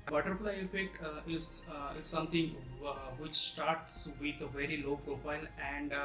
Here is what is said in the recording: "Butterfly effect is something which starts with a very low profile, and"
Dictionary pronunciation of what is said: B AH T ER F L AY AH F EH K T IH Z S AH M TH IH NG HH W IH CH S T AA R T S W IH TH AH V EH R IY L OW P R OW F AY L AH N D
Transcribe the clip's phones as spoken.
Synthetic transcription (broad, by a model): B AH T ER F L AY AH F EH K T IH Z S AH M T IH NG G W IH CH S T AA R T S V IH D AH V EH R IY L OW P R OW F AY L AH N D